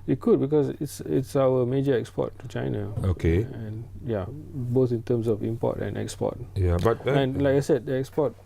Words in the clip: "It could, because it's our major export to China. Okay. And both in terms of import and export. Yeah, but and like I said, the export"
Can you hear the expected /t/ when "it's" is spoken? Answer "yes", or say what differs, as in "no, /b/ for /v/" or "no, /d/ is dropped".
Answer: yes